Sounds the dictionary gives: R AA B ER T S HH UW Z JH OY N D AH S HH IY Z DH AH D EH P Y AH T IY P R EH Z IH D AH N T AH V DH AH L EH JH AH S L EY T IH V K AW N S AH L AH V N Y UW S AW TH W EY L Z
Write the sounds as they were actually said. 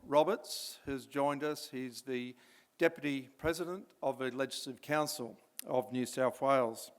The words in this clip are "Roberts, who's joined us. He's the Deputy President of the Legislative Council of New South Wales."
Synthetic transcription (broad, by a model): R AA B ER T S HH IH Z JH OY N D AH S HH IY Z DH AH D EH P Y AH T IY P R EH Z IH D AH N T AH V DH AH L EH JH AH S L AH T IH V K AW N S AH L AH V N Y UW S AW TH W EY L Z